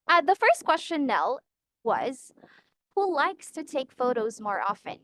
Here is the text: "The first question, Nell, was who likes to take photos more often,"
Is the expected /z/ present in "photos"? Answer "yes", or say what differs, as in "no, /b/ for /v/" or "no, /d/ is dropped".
yes